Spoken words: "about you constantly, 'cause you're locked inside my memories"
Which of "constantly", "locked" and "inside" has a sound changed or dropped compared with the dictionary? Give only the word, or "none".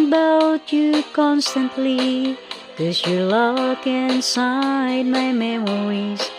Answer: locked